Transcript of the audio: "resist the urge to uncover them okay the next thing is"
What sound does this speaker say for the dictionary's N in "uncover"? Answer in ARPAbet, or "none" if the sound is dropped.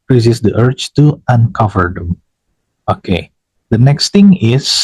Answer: N